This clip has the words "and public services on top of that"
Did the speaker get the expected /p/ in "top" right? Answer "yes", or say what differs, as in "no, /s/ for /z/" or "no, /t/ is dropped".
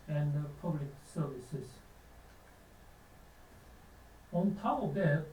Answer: no, /p/ is dropped